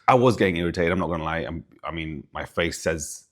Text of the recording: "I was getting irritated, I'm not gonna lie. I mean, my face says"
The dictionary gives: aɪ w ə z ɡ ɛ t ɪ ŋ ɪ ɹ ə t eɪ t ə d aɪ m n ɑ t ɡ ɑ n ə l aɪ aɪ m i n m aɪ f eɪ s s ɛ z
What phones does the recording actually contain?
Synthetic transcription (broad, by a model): aɪ w ə z ɡ ɛ t ɪ ŋ ɪ ɹ ə t eɪ t ə d aɪ m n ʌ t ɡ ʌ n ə l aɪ aɪ m i n m aɪ f eɪ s s ɛ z